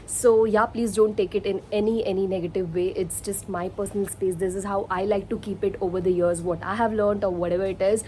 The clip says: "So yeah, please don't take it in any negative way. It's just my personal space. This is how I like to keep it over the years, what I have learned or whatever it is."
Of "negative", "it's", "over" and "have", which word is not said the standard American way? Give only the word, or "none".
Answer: none